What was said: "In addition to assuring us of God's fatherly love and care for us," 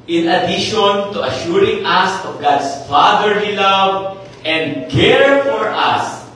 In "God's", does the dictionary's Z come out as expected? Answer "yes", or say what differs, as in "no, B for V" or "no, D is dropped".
no, S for Z